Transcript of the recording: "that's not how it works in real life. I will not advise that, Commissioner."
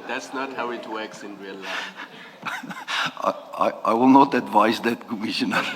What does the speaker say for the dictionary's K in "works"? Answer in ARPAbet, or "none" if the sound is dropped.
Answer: K